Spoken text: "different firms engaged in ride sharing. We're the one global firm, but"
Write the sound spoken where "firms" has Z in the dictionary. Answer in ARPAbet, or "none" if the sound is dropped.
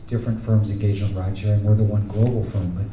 Z